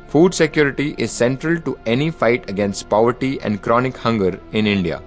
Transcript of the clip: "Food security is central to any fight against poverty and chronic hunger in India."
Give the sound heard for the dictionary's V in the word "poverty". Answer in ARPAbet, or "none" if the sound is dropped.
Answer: V